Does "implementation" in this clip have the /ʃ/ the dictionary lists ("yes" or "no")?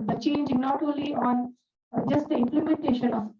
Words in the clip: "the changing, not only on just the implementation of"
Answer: yes